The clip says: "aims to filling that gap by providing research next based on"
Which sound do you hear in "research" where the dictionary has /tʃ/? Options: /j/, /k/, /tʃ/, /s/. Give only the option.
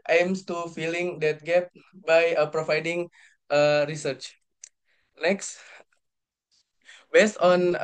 /tʃ/